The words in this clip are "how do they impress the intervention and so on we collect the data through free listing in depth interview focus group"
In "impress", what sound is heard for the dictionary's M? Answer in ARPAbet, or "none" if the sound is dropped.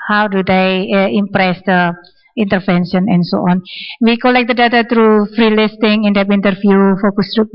M